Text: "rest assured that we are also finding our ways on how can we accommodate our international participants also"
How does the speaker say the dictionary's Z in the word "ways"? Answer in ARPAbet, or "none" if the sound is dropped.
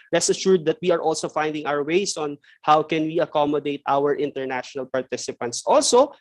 S